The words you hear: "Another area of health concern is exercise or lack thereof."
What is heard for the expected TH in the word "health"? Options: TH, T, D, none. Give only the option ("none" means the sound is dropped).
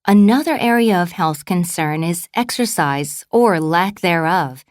TH